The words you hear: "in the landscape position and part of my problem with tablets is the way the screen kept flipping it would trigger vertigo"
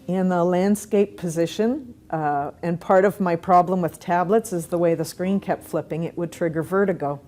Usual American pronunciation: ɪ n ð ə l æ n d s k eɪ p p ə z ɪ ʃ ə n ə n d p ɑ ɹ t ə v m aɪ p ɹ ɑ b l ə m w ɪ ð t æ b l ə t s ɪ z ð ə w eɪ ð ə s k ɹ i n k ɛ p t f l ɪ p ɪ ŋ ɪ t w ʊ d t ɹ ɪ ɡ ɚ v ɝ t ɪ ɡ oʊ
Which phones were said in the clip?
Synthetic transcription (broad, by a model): ɪ n ð ə l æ n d s k eɪ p p ə z ɪ ʃ ə n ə n p ɑ ɹ t ə v m aɪ p ɹ ɑ b l ə m w ɪ ð t æ b l ə t s ɪ z ð ə w eɪ ð ə s k ɹ i n k ɛ p t f l ɪ p ɪ ŋ ɪ t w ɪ d t ɹ ɪ ɡ ɚ v ɝ t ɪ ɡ oʊ